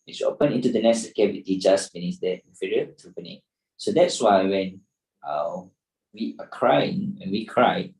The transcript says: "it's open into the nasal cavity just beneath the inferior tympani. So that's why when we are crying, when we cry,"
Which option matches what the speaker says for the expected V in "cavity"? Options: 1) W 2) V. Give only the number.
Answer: 1